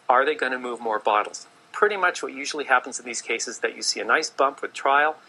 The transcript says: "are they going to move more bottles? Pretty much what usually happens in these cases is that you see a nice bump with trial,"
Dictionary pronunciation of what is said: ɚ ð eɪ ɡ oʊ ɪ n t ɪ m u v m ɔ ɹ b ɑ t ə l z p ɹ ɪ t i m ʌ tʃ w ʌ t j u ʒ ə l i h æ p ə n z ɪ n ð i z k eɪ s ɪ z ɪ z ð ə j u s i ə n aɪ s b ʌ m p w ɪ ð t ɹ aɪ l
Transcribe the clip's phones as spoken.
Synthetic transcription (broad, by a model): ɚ ð eɪ ɡ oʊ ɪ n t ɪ m u v m ɔ ɹ b ɑ t l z p ɹ ɪ t i m ʌ tʃ w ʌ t j u ʒ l i h æ p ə n z n ð i z k eɪ ɪ s ɪ z ð ə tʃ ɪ s i ə n aɪ s b ʌ m p w ɪ ð t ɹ aɪ l